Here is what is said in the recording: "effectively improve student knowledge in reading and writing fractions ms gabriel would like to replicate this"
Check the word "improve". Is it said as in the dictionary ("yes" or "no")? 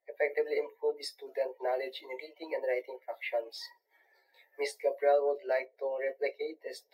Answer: no